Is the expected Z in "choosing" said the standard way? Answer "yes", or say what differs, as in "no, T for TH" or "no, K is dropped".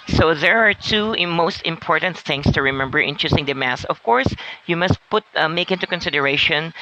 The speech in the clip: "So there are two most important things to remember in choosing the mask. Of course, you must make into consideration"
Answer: no, S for Z